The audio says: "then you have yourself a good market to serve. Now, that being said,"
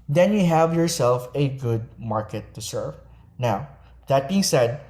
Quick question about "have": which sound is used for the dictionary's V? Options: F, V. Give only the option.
V